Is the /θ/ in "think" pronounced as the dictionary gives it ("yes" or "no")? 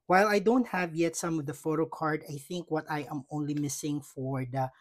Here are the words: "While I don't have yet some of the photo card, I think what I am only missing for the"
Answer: yes